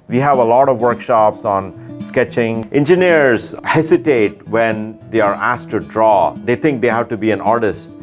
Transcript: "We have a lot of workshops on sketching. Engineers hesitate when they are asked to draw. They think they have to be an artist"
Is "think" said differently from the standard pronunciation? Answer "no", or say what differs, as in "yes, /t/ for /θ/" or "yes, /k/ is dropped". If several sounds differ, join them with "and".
yes, /t/ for /θ/